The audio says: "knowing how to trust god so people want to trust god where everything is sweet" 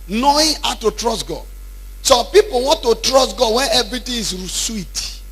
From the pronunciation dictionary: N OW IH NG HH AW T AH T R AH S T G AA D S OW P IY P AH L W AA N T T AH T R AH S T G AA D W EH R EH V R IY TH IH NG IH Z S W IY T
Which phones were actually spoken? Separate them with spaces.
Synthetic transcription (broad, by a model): N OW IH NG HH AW T AH T R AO S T G AA D S OW P IY P AH L W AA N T T AH T R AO S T G AA D W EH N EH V R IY T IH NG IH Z S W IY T